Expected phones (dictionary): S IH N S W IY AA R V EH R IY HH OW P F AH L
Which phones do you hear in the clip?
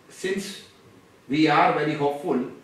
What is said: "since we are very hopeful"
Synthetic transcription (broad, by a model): S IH N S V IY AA R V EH L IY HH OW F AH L